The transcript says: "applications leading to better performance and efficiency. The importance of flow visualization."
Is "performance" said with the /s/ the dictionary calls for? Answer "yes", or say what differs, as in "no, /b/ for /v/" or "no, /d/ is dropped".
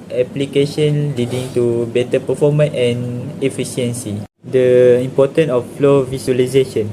no, /s/ is dropped